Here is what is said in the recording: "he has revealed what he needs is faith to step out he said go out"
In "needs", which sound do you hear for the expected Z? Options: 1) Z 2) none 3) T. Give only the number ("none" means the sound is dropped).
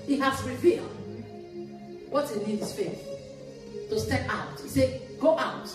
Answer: 2